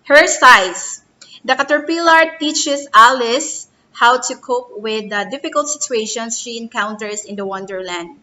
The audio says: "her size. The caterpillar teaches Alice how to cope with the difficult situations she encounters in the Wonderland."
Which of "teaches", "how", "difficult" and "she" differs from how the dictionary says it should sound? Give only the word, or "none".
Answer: teaches